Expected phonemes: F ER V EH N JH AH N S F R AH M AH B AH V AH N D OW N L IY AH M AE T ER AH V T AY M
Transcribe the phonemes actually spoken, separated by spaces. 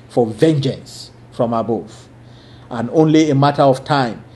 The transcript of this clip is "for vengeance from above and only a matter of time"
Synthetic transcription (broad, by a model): F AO V EH N JH AH N S F R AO M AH B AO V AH N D OW N L IY AH M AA T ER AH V T AY M